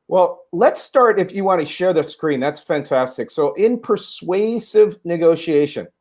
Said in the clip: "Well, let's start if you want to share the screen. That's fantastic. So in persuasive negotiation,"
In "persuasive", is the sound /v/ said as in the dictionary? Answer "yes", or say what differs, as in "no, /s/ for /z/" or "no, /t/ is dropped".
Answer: yes